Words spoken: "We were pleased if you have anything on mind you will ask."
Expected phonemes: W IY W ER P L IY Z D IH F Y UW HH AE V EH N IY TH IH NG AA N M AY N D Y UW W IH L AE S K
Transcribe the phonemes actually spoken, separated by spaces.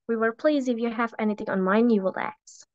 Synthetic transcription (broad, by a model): W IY W ER P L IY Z IH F Y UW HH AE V EH N IY TH IH NG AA N M AY N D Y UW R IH L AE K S